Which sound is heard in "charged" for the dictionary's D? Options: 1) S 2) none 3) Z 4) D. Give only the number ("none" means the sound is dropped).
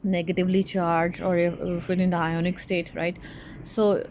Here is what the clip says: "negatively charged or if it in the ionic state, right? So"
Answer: 2